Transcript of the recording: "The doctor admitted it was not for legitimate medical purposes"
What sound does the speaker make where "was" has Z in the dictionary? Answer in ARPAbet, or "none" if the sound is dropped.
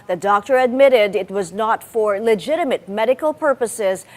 Z